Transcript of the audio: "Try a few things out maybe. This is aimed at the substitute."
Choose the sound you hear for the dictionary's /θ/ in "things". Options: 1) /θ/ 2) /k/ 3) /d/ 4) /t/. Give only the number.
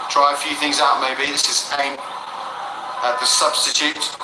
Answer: 1